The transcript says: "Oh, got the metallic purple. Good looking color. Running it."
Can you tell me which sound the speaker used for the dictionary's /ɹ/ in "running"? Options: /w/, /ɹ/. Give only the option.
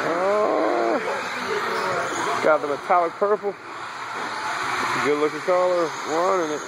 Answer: /w/